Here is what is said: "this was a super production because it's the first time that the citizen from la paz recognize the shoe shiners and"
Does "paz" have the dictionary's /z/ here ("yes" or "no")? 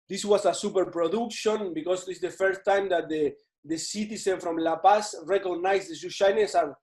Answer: no